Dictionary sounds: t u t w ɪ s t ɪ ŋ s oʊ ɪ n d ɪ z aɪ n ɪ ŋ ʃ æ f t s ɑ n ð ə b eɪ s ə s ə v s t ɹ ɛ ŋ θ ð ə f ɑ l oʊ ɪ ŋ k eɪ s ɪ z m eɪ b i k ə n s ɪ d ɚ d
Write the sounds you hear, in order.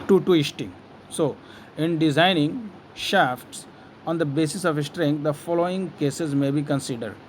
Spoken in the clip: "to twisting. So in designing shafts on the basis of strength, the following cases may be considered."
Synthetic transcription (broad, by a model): t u t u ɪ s t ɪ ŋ s oʊ ɪ n d ɪ z aɪ n ɪ ŋ ʃ æ f t s ɑ n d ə b eɪ s ə s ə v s t ɹ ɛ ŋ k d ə f ɑ l oʊ ɪ ŋ k eɪ s ɪ z m eɪ b i k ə n s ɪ d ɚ d